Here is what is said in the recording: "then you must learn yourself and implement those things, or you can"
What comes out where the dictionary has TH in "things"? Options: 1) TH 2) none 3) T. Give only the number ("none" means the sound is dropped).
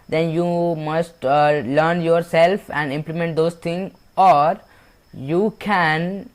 3